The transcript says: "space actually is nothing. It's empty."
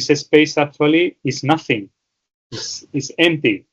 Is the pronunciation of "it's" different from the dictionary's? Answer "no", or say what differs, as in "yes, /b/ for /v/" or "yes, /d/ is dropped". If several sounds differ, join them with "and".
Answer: yes, /s/ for /t/